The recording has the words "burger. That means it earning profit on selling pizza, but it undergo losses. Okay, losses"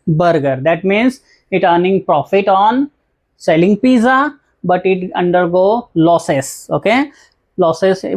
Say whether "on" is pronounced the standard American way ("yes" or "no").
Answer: yes